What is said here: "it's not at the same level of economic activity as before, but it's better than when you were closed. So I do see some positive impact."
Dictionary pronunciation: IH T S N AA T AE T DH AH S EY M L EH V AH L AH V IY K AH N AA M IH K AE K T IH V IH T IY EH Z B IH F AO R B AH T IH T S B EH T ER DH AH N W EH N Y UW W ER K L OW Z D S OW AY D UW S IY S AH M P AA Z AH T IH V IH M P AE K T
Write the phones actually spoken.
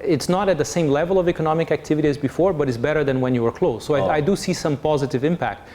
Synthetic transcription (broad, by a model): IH T S N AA T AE T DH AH S EY M L EH V AH L AH V IY K AH N AA M IH K AE K T IH V IH T IY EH Z B IH F AO R B AH T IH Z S B EH T ER DH AH N W EH N Y UW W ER K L OW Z S OW AY D UW S IY S AH M P AA Z AH T IH V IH M P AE K T